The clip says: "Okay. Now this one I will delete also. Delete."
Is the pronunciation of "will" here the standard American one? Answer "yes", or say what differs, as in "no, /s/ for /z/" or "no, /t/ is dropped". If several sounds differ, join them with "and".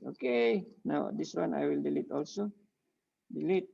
yes